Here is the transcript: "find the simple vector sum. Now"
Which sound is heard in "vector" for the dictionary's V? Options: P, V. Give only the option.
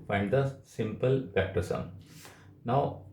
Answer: P